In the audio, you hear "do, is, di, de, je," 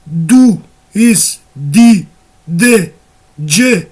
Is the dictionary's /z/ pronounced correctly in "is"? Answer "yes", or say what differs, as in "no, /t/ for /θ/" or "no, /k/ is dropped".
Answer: no, /s/ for /z/